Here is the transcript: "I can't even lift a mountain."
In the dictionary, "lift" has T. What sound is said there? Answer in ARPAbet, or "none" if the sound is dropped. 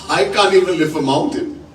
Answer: none